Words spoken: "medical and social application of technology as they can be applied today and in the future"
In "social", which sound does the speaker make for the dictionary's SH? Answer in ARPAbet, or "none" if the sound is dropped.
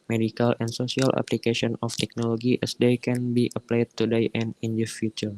S